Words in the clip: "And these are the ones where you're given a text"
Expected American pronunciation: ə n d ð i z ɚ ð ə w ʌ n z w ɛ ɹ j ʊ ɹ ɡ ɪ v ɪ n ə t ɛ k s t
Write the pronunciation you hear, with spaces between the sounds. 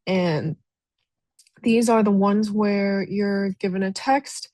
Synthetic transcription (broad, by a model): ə n ð i z ɚ ð ə w ʌ n z w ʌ ɹ j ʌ ɹ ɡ ɪ v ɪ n ə t ɛ k s t